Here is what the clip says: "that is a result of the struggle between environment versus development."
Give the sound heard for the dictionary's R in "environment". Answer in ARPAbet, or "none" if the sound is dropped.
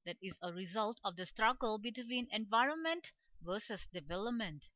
R